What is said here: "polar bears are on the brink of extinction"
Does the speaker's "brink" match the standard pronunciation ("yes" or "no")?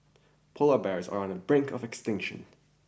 yes